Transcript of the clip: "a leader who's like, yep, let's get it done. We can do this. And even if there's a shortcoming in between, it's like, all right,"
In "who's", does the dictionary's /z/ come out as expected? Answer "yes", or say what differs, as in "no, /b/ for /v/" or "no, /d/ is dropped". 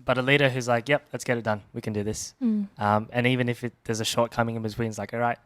yes